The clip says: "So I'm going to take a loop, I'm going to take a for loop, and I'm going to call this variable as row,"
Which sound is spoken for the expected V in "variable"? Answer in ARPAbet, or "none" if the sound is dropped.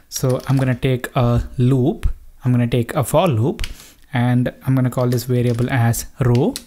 V